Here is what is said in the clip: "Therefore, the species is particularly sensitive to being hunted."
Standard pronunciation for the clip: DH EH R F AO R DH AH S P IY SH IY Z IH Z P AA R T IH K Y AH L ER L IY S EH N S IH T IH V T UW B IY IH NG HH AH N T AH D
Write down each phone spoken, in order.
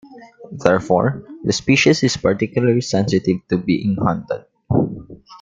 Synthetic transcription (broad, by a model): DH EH R F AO R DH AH S P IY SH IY S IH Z P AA R T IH K Y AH L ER L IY S EH N S IH T IH V T UW B IY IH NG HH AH N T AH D